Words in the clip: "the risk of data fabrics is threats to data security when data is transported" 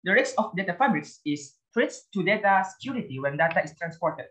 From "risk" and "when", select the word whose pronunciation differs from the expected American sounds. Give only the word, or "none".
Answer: risk